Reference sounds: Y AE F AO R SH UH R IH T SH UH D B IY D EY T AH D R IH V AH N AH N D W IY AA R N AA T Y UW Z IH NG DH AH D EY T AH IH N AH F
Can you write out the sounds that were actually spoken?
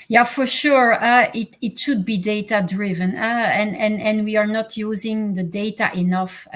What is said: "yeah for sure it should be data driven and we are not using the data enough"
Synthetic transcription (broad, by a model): Y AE F AO R SH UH R IH T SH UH D B IY D EY T AH D R IH V AH N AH N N W IY AA R N AA T Y UW Z IH NG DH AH D EY T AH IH N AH F